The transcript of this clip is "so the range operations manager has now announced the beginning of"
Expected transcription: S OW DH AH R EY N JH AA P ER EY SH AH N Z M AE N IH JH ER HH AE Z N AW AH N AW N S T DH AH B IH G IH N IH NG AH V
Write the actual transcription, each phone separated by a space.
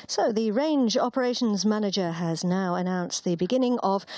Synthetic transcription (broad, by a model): S OW DH AH R EY N JH AA P ER EY SH AH N Z M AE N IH JH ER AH Z N AW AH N AW N S DH AH B IH G IH N IH NG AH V